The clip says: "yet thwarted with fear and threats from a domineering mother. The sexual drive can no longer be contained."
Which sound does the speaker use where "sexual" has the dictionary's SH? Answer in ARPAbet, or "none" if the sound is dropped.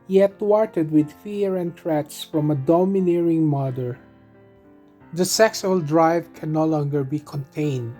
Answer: S